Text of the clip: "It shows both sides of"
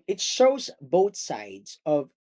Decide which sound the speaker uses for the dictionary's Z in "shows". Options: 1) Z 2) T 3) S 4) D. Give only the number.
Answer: 1